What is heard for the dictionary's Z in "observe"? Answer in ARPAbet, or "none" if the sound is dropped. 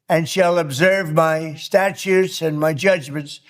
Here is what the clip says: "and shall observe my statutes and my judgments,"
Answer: Z